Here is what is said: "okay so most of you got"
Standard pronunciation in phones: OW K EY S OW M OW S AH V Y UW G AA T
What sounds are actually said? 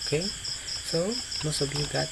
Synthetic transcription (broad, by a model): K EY S OW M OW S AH B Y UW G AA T